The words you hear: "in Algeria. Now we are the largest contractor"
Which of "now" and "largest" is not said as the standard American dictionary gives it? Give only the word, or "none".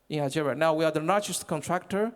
largest